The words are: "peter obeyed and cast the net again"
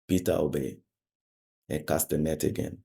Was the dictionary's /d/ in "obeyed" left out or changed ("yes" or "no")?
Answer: yes